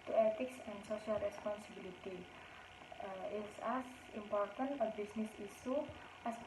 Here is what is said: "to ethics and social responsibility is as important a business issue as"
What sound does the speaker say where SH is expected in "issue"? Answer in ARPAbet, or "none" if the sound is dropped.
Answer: S